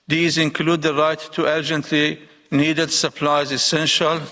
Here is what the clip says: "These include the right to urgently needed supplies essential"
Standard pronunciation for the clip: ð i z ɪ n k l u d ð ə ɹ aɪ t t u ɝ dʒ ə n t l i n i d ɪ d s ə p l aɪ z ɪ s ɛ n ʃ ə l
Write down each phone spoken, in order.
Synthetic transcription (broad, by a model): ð i z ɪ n k l u d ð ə ɹ aɪ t t u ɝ dʒ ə n t l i n i d ɪ d s ə p l aɪ z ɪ s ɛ n ʃ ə l